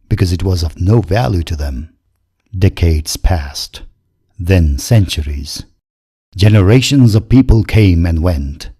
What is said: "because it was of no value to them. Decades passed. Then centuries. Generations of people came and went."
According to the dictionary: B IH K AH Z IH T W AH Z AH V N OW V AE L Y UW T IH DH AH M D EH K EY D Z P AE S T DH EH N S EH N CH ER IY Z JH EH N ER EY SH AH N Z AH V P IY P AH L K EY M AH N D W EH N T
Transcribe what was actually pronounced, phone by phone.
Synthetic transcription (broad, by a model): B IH K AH Z IH T W AH Z AH V N OW V AE L Y UW T IH DH AH M D EH K EY D Z P AE S T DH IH N S EH N CH ER IY Z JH EH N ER EY SH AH N Z AH V P IY P AH L K EY M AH N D W EH N T